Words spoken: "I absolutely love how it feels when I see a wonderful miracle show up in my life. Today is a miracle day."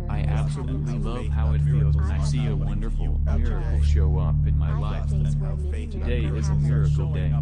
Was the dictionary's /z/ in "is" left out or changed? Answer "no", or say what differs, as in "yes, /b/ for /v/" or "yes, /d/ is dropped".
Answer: no